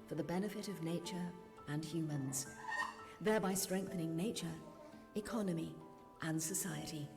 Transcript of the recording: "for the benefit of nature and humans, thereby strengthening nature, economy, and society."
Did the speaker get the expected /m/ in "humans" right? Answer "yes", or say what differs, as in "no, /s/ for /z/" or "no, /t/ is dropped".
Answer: yes